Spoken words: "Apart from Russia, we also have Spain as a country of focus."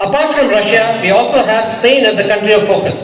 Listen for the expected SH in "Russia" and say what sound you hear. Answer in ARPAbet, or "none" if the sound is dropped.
SH